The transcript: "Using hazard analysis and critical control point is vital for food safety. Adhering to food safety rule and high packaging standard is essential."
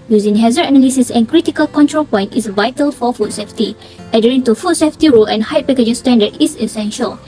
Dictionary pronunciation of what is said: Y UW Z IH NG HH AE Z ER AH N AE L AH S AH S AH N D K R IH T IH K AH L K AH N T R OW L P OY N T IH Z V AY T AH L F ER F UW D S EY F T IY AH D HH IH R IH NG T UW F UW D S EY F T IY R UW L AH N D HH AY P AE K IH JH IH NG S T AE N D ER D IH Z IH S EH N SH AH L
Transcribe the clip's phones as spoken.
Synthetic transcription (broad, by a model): Y UW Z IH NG HH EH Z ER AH N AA L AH S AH S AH N K R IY T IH K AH L K AH N T R OW L P OY N T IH S V AY T AH L F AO F UW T S EY F T IY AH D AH R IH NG T UW F UW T S EY F T IY R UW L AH N HH AY P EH K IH JH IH S T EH N D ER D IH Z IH S EH N SH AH L